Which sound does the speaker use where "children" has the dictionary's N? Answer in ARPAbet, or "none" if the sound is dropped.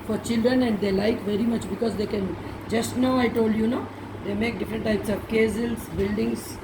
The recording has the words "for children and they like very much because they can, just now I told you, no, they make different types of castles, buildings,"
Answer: N